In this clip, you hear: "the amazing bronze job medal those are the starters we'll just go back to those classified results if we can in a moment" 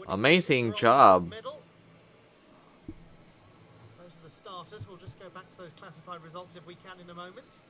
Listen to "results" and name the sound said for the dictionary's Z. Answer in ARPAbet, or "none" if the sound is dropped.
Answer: Z